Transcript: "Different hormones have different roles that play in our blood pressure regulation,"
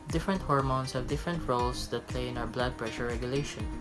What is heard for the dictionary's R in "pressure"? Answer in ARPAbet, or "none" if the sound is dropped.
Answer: R